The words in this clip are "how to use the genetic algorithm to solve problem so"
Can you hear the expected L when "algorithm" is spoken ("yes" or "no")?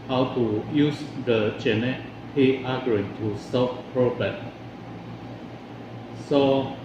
no